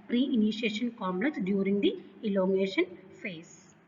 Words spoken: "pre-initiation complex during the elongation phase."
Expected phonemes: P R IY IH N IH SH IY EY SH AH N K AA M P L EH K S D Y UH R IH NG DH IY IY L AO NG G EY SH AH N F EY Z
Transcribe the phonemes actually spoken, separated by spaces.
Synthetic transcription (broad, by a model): P R IY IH N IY SH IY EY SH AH N K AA M L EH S D Y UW R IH NG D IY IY L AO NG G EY SH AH N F EY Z